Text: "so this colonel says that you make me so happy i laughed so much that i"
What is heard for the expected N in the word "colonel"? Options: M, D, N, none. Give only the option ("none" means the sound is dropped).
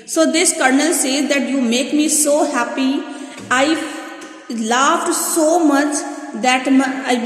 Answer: N